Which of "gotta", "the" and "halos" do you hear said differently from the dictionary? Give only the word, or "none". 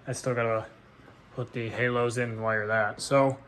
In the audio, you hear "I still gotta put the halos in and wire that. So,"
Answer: none